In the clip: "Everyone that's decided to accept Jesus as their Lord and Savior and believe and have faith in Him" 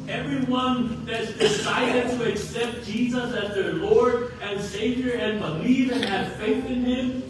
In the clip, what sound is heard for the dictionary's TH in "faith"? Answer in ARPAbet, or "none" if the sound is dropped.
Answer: TH